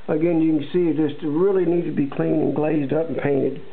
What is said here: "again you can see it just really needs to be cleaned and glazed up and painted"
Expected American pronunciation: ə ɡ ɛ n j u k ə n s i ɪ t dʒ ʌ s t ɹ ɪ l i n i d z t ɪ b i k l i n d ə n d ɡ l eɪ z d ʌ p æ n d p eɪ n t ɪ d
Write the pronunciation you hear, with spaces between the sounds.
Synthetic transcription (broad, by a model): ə ɡ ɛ n j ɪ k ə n s i ɪ t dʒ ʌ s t ɹ ɪ l i n i d t ɪ b i k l i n ə n ɡ l eɪ z d ʌ p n p eɪ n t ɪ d